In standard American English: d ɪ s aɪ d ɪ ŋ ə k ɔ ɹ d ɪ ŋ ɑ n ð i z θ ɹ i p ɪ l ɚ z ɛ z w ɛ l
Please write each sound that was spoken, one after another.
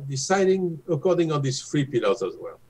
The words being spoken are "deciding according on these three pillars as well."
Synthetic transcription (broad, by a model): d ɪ s aɪ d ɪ ŋ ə k ɔ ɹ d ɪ ŋ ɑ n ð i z f ɹ i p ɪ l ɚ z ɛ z w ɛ l